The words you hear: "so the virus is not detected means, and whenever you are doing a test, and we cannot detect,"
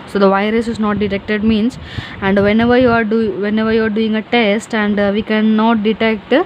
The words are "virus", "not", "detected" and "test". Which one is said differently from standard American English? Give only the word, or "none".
none